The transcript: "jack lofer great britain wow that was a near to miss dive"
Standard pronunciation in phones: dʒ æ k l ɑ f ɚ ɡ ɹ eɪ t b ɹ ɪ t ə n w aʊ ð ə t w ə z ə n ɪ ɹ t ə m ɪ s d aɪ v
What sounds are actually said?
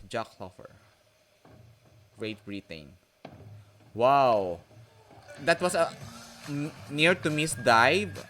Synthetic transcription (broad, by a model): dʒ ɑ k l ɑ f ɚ ɡ ɹ eɪ t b ɹ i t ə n w aʊ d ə t w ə s ə n ɪ ɹ t ə m ɪ s d aɪ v